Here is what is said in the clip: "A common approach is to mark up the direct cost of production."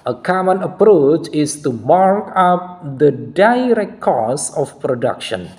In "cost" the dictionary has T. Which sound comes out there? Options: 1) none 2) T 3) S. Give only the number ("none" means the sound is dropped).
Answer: 1